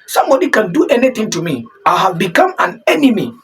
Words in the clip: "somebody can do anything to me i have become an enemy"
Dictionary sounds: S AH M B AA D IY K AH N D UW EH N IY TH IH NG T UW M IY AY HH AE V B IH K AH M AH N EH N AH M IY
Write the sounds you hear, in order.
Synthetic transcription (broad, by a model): S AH M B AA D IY K AH N D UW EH N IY T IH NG T UW M IY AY HH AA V B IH K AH M AH N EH N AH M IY